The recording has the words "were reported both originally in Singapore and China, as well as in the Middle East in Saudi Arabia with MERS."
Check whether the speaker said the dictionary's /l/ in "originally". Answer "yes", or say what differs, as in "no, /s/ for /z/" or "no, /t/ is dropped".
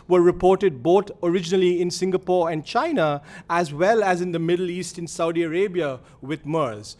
yes